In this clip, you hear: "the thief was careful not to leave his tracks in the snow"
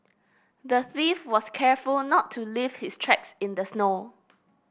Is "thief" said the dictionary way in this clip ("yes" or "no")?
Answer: yes